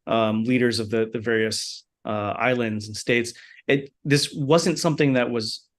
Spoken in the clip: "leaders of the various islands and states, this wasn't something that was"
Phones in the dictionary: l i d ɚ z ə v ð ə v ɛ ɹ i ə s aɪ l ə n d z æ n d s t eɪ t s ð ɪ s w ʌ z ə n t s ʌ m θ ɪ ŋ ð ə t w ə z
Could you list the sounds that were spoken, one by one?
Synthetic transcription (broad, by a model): l i d ɚ z ə v ð ə v ɛ ɹ i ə s aɪ l ə n d z n s t eɪ t s ð ɪ s w ʌ z ə n t s ʌ m θ ɪ ŋ ð ə t w ə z